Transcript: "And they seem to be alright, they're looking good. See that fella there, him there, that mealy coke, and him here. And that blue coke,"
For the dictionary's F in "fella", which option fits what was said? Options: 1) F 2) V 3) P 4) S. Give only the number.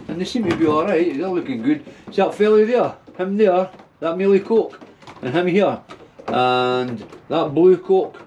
1